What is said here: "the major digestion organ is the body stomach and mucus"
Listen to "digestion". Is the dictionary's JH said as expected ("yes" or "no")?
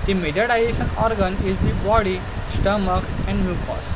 no